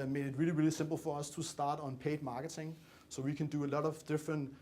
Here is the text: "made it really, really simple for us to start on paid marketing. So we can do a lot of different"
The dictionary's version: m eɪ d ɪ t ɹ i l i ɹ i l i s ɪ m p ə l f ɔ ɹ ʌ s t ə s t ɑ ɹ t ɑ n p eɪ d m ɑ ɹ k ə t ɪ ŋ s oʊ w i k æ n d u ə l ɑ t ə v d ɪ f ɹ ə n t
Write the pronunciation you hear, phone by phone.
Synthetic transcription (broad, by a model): m eɪ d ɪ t ɹ i l i ɹ i l i s ɪ m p l f ɔ ɹ ʌ s t ə s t ɑ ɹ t n p eɪ d m ɑ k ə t ɪ ŋ s oʊ w i k æ n d u ə l ɑ t ə v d ɪ f ɹ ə n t